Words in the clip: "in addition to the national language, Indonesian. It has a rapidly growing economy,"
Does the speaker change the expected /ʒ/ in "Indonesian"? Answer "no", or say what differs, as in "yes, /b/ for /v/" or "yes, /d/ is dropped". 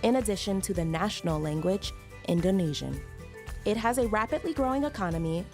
no